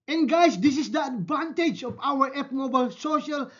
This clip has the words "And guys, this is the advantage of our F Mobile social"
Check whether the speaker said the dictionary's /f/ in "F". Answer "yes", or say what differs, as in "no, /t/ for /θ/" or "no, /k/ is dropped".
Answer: no, /p/ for /f/